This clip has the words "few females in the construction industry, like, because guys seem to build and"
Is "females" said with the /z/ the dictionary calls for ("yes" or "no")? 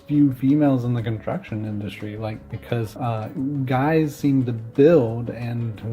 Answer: yes